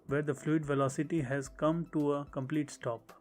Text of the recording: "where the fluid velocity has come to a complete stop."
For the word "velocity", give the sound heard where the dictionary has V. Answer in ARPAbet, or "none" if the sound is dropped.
V